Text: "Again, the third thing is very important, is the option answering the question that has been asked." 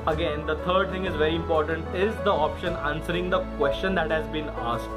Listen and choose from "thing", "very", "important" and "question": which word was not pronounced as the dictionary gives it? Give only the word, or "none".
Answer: thing